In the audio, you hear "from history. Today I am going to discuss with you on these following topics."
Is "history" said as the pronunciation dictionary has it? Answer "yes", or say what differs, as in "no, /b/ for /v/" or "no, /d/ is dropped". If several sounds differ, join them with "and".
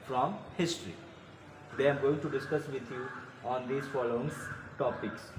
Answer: no, /ɹ/ is dropped